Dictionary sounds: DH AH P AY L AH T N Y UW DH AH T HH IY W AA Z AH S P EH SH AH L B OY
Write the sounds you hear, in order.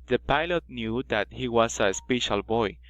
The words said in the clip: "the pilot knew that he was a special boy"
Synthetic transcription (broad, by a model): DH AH P AY L AH T N Y UW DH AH T HH IY W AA S AH S P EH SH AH L B OY